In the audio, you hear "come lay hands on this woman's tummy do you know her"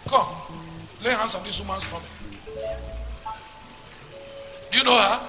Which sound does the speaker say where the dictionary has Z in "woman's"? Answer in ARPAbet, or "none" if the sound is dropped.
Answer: S